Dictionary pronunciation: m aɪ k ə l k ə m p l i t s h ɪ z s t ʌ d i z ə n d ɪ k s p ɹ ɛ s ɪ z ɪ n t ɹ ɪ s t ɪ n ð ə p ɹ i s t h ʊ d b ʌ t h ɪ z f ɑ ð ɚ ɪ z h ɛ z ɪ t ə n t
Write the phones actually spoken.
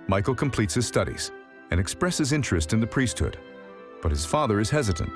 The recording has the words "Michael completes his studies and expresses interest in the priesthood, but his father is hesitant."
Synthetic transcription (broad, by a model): m aɪ k l k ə m p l i t s h ɪ z s t ʌ d i z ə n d ɪ k s p ɹ ɛ s ɪ z ɪ n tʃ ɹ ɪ s t ɪ n ð ə p ɹ i s t h ʊ d b ʌ t h ɪ z f ɑ ð ɚ ɪ z h ɛ z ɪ t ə n t